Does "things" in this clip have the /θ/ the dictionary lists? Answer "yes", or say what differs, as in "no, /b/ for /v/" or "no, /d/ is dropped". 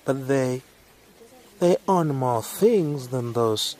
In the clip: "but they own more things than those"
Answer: yes